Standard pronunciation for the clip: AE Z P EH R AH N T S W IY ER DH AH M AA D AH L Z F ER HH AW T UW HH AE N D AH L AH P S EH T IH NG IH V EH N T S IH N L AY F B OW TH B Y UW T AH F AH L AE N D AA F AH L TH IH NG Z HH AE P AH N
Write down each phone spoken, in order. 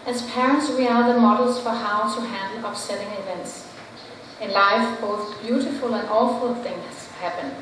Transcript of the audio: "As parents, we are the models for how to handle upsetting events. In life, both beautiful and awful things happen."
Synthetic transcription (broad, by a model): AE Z P EH R AH N T S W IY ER DH AH M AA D L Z F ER HH AW T UW HH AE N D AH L AH P S EH T IH NG IH V EH N T S IH N L AY F B OW TH B Y UW T AH F AH L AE N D AA F AH L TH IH NG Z HH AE P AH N